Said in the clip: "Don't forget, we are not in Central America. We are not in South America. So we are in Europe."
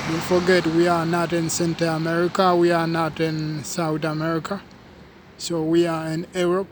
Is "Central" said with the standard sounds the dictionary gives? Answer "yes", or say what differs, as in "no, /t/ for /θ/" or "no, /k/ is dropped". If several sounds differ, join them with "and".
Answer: no, /ɹ/ is dropped